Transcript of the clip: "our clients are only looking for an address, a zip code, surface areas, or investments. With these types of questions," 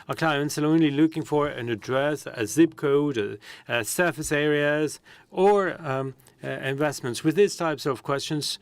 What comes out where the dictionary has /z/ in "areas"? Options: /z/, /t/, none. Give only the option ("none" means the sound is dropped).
/z/